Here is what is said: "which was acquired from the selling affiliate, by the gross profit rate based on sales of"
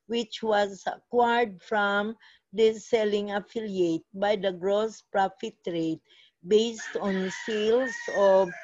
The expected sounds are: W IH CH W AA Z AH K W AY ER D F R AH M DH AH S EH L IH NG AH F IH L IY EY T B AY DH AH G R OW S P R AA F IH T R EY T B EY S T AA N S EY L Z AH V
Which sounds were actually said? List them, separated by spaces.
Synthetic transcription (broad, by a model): W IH CH W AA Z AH K W AY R D F R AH M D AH S EH L IH NG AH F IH L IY EY T B AY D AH G R OW S P R AA F IH T R EY T B EY S T AA N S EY L S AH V